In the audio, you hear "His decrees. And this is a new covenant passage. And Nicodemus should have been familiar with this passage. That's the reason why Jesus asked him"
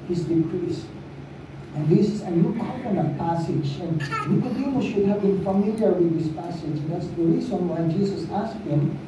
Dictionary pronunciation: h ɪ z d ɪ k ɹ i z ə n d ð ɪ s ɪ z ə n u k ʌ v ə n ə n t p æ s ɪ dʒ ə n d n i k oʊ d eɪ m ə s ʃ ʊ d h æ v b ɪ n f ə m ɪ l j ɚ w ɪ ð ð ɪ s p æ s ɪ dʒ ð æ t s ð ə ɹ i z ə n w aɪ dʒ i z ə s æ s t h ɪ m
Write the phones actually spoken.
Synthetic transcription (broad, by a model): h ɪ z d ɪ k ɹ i s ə n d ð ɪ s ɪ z ə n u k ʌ ə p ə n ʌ p æ s ɪ dʒ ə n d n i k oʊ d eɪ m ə ʃ ʊ d h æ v b ɪ n f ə m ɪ l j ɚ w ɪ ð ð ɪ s p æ s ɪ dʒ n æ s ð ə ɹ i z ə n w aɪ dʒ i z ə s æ s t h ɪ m